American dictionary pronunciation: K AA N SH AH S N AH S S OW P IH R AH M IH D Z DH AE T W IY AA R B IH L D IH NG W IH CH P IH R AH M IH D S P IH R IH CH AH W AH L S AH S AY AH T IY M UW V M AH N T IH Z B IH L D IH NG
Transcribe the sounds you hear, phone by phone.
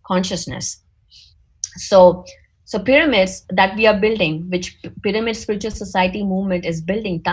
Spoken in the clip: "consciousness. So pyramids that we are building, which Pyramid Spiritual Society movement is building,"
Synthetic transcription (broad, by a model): K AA N SH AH S N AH S S OW P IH R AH M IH D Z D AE T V IY AA R B IH L D IH NG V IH CH P IH R AH M IH D S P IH R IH CH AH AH L S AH S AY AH T IY M UW V M AH N T IH Z B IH L D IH NG